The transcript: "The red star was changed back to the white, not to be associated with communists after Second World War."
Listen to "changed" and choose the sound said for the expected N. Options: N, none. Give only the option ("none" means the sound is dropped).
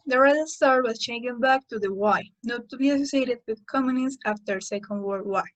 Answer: none